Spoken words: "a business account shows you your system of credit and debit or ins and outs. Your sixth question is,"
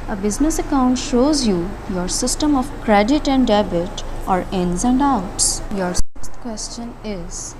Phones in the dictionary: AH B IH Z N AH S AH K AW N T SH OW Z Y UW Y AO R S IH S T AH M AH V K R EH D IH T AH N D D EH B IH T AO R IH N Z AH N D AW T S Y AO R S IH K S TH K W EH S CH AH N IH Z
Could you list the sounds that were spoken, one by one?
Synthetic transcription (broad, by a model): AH B IH Z N AH S AH K AW N T SH OW Z Y UW Y AO R S IH S T AH M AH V K R EH D IH T AH N D D EH B IH T AO R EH N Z AH N D AW T S Y AO R S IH K S T K W EH S CH AH N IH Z